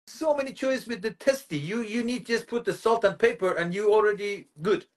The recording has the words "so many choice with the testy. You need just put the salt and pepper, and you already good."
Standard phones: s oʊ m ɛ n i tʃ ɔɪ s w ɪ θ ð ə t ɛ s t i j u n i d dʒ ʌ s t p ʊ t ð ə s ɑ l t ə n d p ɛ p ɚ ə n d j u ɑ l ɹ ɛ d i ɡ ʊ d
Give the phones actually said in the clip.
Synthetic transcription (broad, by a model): s oʊ m ɛ n i tʃ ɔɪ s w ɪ ð ə t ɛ s t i j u n i d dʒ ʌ s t p ʊ t ð ə s ɑ l t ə n p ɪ p ɚ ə n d j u ɑ l ɹ ɛ d i ɡ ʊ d